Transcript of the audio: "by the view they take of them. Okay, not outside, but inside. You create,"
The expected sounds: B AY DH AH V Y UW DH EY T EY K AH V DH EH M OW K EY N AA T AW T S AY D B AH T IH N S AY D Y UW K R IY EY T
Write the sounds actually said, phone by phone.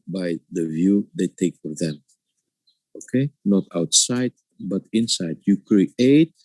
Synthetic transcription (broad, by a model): B AY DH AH V Y UW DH EY T EY K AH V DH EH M OW K EY N AA T AW T S AY D B AH T IH N S AY D Y UW K R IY EY T